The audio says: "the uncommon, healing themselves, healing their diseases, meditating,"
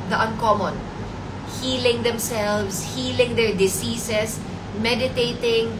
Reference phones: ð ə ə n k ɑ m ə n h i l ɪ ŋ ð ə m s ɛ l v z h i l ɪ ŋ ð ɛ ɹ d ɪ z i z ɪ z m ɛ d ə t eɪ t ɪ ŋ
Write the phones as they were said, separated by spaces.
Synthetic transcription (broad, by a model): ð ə ə n k ɑ m ə n h i l ɪ ŋ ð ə m s ɛ l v s h i l ɪ ŋ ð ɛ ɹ d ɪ s i s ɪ s m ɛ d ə t eɪ t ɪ ŋ